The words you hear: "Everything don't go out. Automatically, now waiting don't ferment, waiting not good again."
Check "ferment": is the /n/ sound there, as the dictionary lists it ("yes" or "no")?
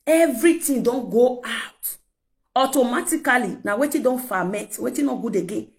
no